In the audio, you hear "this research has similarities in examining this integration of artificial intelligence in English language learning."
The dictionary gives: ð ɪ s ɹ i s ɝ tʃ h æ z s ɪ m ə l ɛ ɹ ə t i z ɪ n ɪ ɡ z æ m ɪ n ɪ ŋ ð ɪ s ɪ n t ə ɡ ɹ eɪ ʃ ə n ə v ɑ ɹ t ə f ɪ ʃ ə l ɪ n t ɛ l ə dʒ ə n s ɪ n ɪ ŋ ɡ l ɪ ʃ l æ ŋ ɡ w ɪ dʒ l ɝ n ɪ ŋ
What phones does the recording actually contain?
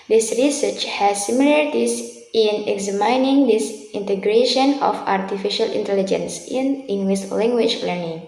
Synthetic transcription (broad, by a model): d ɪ s ɹ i s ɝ tʃ h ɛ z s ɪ m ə l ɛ ɹ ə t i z ɪ n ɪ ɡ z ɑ m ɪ n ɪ ŋ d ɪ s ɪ n t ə ɡ ɹ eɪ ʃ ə n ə f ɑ ɹ t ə f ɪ ʃ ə l ɪ n t ɛ l ə dʒ ə n s ɪ n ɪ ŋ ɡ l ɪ s l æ ŋ ɡ w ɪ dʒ l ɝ n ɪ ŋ